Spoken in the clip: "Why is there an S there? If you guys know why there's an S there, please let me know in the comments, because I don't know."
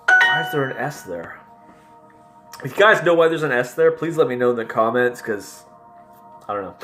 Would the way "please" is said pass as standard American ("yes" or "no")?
yes